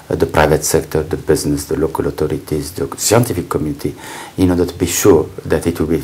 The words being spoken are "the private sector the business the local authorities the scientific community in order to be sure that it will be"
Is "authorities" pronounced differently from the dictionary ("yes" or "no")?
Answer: yes